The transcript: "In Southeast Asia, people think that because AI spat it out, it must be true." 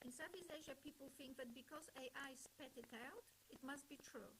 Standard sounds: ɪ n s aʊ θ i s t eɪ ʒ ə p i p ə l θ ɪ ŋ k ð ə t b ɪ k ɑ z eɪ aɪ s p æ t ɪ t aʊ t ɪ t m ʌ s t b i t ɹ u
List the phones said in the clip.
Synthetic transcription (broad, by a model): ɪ n s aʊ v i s eɪ ʒ ə p i p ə l θ ɪ ŋ k ð ə t b ɪ k ɑ z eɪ aɪ s p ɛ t ɪ t aʊ t ɪ t m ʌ s t b i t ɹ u